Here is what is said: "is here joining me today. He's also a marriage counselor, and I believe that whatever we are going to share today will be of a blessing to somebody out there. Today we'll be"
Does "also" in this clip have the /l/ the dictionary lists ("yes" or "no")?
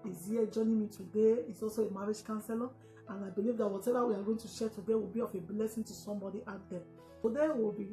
yes